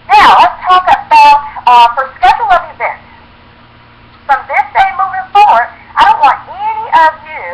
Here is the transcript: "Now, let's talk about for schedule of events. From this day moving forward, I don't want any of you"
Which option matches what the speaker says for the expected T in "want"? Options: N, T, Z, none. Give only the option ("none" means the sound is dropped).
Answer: T